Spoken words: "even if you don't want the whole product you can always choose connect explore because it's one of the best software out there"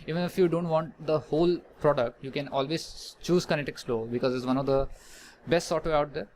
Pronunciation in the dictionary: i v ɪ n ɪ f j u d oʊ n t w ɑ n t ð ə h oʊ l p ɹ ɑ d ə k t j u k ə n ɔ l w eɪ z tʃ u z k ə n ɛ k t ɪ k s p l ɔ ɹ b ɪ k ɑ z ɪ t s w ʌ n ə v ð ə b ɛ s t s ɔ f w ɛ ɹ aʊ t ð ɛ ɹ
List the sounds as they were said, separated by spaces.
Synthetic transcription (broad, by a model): i v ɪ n ɪ f j u d oʊ n t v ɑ n t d ə h oʊ l p ɹ ɑ d ə k t j u k ə n ɔ l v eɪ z tʃ u z k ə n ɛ t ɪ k s l ɔ b ɪ k ɑ z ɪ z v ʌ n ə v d ə b ɛ s t s ɔ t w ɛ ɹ aʊ t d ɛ ɹ